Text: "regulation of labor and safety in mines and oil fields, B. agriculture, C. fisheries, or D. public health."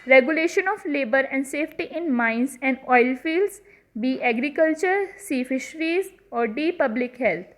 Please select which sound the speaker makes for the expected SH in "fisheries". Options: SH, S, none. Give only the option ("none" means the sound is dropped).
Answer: SH